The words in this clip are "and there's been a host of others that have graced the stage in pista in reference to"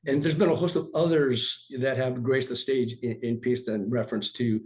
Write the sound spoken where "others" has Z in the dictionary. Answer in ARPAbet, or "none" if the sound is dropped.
Z